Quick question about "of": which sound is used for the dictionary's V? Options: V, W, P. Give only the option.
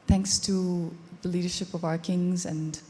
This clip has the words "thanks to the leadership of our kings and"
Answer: V